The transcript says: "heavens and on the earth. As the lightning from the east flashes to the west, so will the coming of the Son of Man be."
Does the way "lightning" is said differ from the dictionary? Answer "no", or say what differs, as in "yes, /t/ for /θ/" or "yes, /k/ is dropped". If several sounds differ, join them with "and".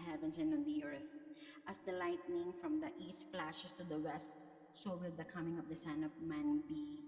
no